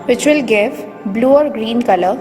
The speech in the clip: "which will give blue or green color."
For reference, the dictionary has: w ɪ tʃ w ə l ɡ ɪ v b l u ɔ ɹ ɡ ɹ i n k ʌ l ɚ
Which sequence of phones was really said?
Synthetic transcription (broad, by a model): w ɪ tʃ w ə l ɡ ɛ f b l u ɔ ɹ ɡ ɹ i n k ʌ l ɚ